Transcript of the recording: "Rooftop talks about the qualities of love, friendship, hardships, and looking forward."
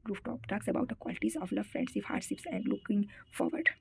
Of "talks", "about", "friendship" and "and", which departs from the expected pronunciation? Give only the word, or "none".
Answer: friendship